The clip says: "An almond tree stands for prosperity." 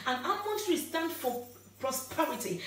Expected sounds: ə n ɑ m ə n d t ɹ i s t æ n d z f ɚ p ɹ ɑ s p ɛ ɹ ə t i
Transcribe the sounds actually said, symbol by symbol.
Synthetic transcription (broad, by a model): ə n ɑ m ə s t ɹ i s t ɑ n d f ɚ p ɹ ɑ s p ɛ ɹ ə t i